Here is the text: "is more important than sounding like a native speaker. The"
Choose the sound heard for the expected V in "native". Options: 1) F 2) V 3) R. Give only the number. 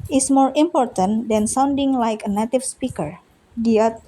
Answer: 1